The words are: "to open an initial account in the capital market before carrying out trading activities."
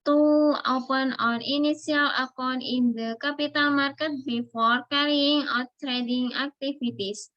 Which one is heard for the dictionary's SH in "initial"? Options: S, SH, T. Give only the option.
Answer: S